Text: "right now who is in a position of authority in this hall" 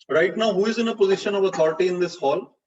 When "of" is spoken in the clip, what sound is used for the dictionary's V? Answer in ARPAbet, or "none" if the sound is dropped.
V